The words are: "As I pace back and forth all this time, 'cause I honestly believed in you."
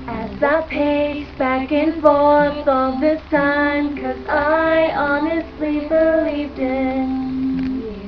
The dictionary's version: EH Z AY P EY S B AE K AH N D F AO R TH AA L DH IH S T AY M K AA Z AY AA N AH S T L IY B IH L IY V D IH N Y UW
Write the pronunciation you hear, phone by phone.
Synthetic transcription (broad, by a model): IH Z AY P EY B AE K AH N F AO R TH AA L DH IH S T AY M K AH Z AY AA N AH S T L IY B IH L IY V D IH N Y